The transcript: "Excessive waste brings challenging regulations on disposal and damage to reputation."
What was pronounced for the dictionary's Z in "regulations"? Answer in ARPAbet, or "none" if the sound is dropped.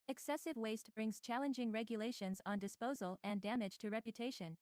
Z